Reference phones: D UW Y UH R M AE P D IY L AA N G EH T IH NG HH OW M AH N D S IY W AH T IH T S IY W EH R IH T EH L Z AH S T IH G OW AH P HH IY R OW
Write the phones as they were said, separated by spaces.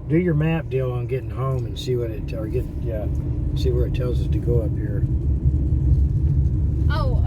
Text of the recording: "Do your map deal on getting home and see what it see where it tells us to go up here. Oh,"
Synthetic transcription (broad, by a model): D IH Y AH R M AE P D IY L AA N G EH T IH NG HH OW M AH N S IY W AH T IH T S IY W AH R IH T EH L Z AH S T IH G OW AH P HH IY R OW